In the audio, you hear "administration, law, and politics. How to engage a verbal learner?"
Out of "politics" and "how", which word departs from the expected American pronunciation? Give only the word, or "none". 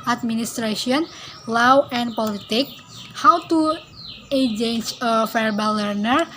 politics